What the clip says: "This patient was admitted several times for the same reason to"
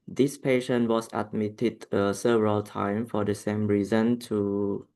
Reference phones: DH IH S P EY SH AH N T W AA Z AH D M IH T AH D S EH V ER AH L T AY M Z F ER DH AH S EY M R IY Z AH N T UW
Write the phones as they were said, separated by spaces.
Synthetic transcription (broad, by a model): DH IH S P EY SH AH N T W AA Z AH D M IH T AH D S EH V ER AH L T AY M F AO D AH S EY M R IY Z AH N T UW